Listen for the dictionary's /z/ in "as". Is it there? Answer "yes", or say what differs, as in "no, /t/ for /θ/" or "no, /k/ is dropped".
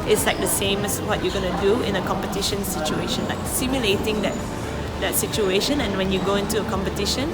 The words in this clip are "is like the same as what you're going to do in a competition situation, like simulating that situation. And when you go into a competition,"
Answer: no, /s/ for /z/